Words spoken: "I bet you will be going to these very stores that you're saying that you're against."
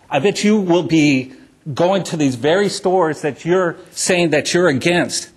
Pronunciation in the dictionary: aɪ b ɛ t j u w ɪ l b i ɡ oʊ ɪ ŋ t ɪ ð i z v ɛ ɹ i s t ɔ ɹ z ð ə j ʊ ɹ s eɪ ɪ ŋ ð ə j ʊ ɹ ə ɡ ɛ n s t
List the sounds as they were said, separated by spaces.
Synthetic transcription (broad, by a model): aɪ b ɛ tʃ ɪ w ɪ l b i ɡ oʊ ɪ ŋ t ɪ ð i z v ɛ ɹ i s t ɔ ɹ z ð ə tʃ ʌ ɹ s eɪ ɪ ŋ ð ə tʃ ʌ ɹ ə ɡ ɛ n s t